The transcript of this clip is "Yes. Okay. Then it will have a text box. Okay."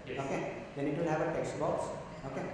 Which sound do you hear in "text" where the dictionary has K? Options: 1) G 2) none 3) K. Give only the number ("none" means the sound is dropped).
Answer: 3